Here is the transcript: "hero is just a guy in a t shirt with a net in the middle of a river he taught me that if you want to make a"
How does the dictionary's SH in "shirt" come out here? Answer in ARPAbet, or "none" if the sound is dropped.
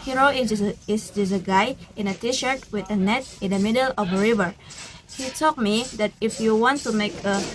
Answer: SH